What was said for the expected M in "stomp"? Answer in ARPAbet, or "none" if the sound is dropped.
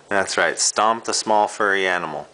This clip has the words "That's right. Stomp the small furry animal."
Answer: M